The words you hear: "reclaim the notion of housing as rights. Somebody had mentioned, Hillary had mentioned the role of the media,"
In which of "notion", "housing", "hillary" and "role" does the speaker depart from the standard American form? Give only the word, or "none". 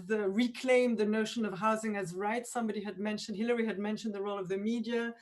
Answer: none